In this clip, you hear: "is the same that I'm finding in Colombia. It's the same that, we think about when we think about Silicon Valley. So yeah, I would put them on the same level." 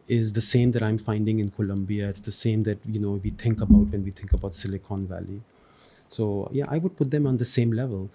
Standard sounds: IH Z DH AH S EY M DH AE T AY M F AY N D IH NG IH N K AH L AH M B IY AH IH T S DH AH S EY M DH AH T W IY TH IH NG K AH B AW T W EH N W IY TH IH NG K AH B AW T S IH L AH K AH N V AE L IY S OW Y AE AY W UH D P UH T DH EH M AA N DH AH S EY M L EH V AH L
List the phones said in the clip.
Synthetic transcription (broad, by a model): IH Z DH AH S EY M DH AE T AY M F AY N D IH NG IH N K AH L AH M B IY AH IH T S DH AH S EY M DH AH T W IY T IH NG K AH B AW T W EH N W IY T IH NG K AH B AW T S IH L AH K AH N V AE L IY S OW Y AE AY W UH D P UH T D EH M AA N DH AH S EY M L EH V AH L